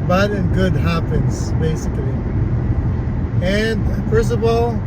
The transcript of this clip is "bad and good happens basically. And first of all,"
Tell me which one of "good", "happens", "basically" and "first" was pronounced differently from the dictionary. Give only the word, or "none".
first